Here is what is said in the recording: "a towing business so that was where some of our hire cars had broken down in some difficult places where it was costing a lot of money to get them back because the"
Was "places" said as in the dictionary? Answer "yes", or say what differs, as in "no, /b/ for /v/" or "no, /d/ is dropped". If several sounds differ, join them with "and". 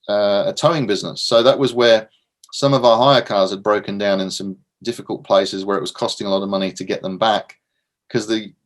yes